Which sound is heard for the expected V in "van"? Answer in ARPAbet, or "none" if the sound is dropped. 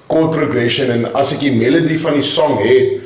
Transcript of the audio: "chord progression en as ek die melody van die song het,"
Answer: F